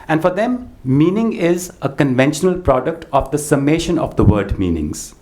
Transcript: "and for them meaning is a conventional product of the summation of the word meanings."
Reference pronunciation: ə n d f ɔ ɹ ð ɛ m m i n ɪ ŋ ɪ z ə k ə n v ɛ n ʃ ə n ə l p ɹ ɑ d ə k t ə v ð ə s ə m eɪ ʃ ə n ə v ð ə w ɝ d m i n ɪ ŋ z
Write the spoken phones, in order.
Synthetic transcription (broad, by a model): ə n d f ɔ ɹ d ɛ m m i n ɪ ŋ ɪ z ə k ə n v ɛ n ʃ ə n ə l p ɹ ɑ d ə k t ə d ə s ə m eɪ ʃ ə n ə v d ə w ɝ d m i n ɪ ŋ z